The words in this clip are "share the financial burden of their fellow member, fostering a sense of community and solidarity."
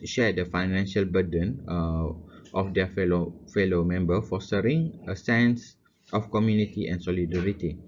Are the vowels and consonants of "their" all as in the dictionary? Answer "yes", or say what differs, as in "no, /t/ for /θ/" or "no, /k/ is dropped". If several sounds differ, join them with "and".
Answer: no, /l/ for /ɹ/